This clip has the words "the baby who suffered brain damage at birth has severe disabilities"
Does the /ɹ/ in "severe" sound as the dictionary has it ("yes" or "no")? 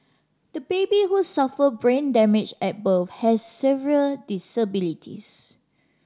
no